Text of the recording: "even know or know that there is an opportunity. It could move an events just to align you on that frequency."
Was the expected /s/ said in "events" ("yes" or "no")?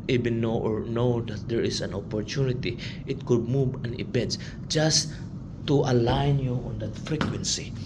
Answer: no